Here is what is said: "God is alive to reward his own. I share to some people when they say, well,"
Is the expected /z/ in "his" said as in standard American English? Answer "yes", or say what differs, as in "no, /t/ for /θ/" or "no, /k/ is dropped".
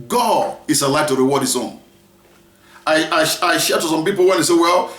no, /s/ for /z/